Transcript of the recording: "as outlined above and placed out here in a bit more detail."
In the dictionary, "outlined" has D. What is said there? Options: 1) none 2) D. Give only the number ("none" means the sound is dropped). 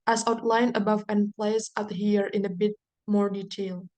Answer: 1